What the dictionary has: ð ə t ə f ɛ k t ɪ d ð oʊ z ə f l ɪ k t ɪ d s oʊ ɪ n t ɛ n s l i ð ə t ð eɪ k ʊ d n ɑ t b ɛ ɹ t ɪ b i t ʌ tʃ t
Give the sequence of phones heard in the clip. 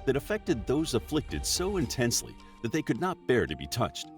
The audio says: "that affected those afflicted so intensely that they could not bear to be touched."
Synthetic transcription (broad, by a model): ð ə t ə f ɛ k t ɪ d ð oʊ z ə f l ɪ k t ɪ d s oʊ ɪ n t ɛ n s l i ð ə t ð eɪ k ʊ d n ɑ t b ɛ ɹ t ɪ b i t ʌ tʃ t